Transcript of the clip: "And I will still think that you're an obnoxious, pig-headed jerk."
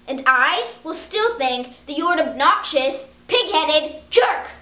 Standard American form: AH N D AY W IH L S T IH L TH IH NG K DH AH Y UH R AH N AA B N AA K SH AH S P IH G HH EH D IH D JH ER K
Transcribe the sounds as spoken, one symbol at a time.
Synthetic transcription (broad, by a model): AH N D AY W IH L S T IH L TH IH NG K DH AH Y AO R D AA B N AA K SH AH S P IH G HH EH D IH D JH ER K